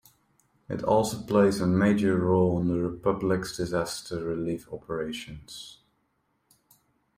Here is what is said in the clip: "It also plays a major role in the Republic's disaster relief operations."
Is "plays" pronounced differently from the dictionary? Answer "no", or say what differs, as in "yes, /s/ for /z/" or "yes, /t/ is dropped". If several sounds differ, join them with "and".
no